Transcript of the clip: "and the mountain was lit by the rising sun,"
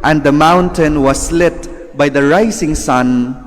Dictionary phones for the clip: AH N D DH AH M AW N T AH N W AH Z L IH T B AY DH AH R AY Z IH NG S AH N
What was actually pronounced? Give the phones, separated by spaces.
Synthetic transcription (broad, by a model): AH N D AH M AW N T AH N W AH S L IH T B AY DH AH R AY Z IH NG S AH N